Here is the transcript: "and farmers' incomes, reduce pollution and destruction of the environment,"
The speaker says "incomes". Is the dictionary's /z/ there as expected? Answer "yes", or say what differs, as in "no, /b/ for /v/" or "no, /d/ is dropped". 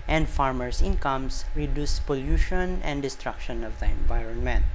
no, /s/ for /z/